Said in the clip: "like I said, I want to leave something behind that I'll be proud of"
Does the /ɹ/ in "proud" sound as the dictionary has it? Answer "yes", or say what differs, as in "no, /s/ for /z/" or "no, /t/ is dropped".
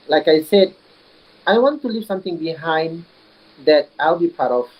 no, /ɹ/ is dropped